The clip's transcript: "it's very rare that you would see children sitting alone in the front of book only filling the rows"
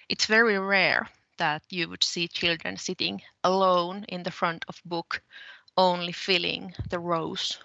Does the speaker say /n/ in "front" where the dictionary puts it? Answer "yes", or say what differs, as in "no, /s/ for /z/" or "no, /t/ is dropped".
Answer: yes